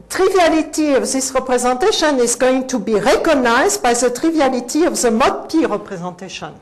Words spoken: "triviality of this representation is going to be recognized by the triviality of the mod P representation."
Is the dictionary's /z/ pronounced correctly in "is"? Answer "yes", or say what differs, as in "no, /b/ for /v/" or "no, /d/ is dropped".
yes